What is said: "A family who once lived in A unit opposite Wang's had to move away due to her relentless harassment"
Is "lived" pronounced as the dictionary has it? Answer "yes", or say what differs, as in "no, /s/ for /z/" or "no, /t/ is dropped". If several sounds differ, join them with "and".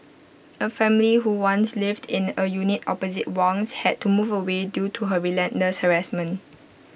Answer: yes